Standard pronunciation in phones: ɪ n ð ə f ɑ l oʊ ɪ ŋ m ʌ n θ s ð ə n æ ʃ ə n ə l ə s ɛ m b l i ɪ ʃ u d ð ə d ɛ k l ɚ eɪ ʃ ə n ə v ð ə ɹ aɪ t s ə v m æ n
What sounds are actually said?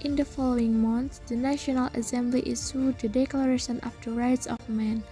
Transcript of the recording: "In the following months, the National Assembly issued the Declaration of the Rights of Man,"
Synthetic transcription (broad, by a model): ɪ n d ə f ɑ l oʊ ɪ ŋ m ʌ n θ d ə n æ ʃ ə n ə l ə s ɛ m b l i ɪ s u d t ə d ɛ k l ɚ eɪ ʃ ə n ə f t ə ɹ aɪ t s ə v m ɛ n